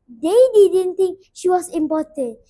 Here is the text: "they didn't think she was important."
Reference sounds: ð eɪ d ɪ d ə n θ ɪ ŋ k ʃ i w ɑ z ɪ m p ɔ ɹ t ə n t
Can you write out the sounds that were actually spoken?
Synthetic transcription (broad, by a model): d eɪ d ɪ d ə n t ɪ ŋ k ʃ i w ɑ s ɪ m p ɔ t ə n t